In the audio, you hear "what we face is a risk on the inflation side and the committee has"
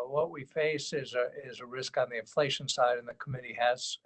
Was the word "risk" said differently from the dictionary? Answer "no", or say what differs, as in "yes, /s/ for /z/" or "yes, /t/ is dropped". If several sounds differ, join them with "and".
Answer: no